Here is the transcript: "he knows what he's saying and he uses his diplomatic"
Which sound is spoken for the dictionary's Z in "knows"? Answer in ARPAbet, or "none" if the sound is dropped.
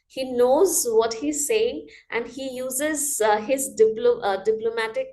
Z